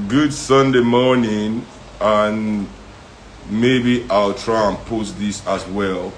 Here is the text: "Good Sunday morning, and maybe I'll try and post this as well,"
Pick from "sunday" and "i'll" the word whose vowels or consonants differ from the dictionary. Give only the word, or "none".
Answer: none